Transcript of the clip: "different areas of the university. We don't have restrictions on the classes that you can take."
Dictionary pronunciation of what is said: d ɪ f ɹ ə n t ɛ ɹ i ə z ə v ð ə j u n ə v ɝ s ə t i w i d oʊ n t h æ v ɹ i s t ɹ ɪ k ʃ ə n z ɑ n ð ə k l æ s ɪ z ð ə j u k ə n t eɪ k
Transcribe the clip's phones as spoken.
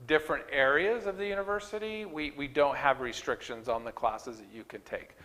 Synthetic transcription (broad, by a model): d ɪ f ɹ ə n t ɛ ɹ i ə z ə v ð ə j u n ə v ɝ s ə t i w i d oʊ n t h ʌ v ɹ i s t ɹ ɪ k ʃ ə n z n ð ə k l æ s ɪ z ð ə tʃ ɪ k ə n t eɪ k